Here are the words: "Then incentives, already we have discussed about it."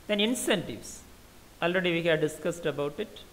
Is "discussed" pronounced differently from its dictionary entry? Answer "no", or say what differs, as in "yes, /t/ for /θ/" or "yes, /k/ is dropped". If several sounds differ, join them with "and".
no